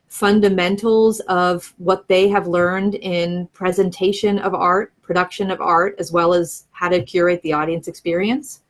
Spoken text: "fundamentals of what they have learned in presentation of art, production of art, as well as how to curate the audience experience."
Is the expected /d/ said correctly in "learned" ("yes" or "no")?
yes